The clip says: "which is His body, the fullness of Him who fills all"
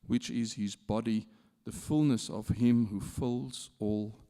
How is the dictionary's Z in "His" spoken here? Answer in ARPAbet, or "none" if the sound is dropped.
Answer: Z